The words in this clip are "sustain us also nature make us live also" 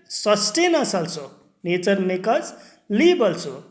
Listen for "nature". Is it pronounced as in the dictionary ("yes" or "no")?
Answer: no